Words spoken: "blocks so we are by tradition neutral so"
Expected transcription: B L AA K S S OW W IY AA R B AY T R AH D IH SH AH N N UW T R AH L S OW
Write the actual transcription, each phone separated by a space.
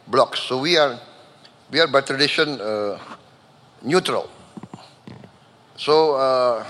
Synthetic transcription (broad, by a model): B L AA K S S OW W IY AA W B AY T R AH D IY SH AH N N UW T R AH L S OW